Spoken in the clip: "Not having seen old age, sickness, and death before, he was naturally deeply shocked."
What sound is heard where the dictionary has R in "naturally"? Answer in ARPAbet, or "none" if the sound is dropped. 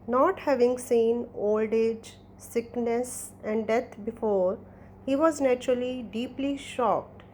R